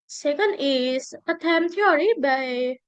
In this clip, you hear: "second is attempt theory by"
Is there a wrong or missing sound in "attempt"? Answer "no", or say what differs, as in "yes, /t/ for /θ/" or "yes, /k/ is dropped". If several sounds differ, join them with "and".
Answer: yes, /p/ is dropped